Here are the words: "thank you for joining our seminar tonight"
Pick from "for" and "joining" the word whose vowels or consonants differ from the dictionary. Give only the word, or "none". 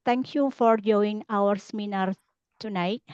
joining